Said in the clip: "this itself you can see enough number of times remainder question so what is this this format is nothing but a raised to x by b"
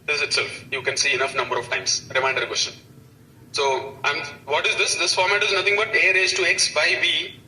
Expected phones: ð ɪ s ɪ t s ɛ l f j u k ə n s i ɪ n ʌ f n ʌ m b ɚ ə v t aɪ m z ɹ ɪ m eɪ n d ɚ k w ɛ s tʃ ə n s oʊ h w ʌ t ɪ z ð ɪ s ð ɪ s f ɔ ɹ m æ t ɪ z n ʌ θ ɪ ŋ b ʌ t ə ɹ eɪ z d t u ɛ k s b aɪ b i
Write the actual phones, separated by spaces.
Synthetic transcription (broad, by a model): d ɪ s ɪ t s ɛ l f j u k ə n s i ɪ n ʌ f n ʌ m b ɚ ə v t aɪ m s ɹ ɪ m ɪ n d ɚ k w ɛ s tʃ ə n s oʊ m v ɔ t ɪ z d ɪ s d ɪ s f ɔ ɹ m æ t ɪ z n ʌ t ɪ ŋ b ʌ t ə ɹ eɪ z t u ɛ k s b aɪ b i